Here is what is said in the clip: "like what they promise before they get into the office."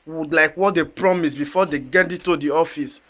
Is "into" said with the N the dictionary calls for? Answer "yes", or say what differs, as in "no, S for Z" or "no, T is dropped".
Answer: no, N is dropped